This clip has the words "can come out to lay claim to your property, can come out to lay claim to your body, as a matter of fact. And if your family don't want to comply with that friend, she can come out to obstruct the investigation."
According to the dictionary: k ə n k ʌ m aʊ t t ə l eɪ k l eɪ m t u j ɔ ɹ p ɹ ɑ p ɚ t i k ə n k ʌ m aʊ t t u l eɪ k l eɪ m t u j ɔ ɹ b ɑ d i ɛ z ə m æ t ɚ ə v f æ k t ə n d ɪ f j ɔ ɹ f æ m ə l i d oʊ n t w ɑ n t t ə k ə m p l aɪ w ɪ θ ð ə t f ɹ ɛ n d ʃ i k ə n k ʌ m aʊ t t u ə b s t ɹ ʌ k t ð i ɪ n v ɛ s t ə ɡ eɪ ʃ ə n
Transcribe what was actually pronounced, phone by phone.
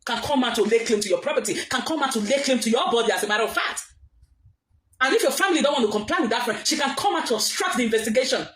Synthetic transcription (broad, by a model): k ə n k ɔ m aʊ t t ə l eɪ k l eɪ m t u j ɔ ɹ p ɹ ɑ p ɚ t i k ə n k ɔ m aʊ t t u l eɪ k l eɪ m t u j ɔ b ɑ d i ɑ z ə m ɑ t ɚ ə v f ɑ t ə n ɪ f j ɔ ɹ f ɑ m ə l i d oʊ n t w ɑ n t t ə k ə m p l aɪ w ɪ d ð ə t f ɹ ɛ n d ʃ i k ə n k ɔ m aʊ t t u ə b s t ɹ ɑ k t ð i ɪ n v ɛ s t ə ɡ eɪ ʃ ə n